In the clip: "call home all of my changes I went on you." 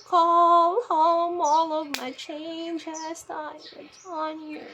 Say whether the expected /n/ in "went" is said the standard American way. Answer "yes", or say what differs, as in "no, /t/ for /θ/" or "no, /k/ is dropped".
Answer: no, /n/ is dropped